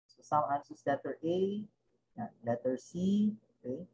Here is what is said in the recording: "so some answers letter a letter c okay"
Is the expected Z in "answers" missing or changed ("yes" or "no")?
yes